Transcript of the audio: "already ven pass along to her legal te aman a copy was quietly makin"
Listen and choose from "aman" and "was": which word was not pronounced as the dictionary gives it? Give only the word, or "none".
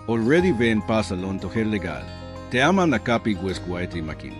was